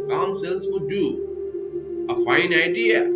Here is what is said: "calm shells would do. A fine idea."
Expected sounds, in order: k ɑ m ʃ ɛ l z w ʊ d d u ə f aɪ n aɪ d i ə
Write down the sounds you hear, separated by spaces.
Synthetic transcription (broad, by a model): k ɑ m s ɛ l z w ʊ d d u ə f aɪ n aɪ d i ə